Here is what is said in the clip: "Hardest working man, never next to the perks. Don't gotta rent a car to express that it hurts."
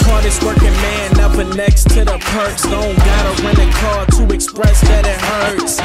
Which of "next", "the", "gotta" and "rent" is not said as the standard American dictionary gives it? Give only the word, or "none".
rent